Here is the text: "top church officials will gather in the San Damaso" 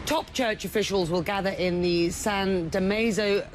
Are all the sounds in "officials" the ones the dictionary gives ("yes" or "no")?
yes